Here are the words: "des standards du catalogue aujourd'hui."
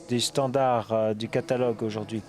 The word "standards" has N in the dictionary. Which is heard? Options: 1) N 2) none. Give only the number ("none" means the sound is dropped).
2